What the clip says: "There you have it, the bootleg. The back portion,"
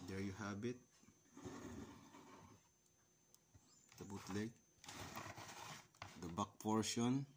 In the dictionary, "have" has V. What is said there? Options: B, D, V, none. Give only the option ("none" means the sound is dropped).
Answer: B